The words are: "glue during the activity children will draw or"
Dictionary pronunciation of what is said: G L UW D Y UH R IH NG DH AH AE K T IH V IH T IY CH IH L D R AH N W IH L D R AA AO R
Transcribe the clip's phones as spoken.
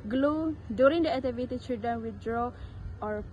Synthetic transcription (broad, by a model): G L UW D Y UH R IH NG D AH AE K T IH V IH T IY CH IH D AH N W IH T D R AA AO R